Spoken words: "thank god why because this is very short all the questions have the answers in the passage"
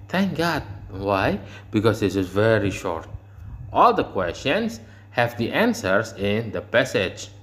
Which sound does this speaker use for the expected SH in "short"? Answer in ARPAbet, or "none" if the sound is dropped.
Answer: SH